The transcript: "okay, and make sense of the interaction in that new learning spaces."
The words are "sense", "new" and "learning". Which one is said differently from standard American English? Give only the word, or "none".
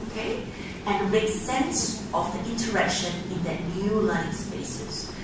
learning